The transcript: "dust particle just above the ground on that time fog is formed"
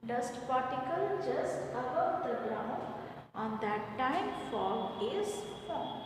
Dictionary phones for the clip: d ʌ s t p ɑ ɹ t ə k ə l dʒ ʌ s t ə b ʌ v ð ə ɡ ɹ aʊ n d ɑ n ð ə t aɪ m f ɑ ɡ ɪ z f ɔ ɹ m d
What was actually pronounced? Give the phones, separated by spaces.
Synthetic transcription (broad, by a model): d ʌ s t p ɑ ɹ t ə k ə l dʒ ʌ s t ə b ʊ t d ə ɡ ɹ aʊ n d ɑ n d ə t aɪ m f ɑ ɪ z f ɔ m